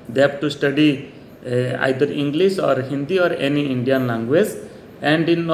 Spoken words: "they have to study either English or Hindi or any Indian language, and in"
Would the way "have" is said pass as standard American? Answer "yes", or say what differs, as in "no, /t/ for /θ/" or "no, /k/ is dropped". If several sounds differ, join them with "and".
no, /b/ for /v/